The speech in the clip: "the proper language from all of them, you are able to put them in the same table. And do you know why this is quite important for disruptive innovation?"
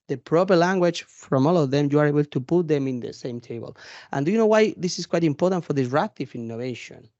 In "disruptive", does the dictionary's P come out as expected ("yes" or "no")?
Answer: no